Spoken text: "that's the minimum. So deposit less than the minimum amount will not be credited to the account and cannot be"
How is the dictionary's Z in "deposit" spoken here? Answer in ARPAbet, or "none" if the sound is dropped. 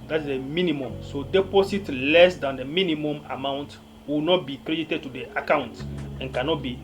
S